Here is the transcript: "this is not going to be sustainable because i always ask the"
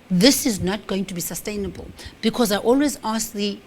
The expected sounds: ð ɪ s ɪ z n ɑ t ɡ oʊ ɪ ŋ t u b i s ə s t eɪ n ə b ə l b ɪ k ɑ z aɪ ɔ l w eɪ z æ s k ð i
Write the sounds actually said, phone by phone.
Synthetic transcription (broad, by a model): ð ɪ s ɪ z n ɑ t ɡ oʊ ɪ ŋ t u b i s ə s t eɪ n ə b ə l b ɪ k ɑ z aɪ ɔ l w eɪ z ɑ s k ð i